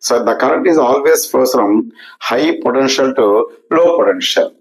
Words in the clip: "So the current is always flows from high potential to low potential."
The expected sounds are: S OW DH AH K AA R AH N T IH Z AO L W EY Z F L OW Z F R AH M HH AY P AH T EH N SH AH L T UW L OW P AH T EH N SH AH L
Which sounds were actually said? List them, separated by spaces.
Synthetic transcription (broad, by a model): S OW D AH K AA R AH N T IH Z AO L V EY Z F OW S F R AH M HH AY P AH T EH N SH AH L T UW L OW P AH T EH N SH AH L